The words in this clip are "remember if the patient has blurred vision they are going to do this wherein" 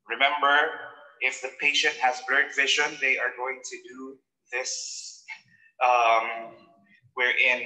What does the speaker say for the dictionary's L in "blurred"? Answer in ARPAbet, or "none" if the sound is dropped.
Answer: none